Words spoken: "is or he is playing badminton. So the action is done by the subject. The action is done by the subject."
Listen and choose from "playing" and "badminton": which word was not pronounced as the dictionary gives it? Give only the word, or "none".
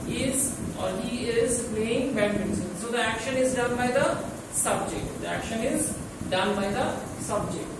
badminton